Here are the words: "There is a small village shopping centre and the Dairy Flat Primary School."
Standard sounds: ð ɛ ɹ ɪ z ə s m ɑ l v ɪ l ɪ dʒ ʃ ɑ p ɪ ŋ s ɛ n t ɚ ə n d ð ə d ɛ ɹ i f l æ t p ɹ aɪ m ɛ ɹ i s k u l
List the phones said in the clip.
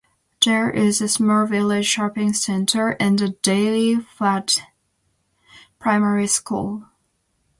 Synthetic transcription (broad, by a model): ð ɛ ɹ ɪ z ə s m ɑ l v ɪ l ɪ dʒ ʃ ɑ p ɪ ŋ s ɛ n t ɚ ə n ð ə d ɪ l i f æ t p ɹ aɪ m ɛ ɹ i s k u l